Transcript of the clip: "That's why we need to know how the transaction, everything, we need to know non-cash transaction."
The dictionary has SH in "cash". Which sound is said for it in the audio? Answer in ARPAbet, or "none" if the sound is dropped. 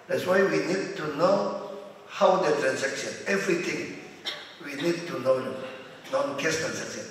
S